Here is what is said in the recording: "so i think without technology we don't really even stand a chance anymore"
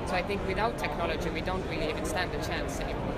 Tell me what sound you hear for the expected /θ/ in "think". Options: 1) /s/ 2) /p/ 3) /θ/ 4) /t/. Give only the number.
3